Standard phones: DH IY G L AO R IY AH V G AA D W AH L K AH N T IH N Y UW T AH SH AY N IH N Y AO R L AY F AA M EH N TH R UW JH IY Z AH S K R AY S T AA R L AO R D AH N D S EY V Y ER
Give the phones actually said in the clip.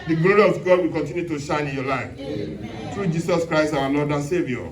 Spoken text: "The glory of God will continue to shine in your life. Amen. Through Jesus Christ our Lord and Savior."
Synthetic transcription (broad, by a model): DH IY G L AO R IY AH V G AA D W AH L K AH N T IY N Y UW T AH SH AY N IH N Y AO L AY F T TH R UW JH IY S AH S K R AY S T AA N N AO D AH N S EY V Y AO